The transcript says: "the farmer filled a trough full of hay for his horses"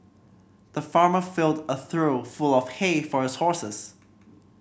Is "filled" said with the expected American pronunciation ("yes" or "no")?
yes